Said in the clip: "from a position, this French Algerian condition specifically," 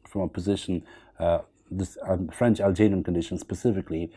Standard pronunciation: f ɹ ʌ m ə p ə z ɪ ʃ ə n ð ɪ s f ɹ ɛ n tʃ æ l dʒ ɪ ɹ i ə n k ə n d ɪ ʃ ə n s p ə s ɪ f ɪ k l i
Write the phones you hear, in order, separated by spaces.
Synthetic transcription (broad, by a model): f ɹ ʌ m ə p ə z ɪ ʃ ə n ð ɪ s f ɹ ɛ n tʃ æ l dʒ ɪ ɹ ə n k ə n d ɪ ʃ ə n s p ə s ɪ f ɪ k l i